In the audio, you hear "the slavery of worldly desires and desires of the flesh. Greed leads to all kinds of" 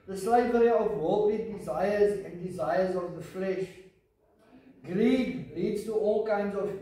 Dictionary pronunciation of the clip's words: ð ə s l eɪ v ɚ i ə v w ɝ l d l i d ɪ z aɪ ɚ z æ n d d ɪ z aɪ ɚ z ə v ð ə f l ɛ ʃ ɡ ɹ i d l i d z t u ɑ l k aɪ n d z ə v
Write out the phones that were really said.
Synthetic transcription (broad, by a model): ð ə s l eɪ v ɚ i ə v w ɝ l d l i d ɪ z aɪ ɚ z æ n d d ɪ z aɪ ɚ z ə v ð ə f l ɛ ʃ ɡ ɹ i d l i d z t u ɑ l k aɪ n d z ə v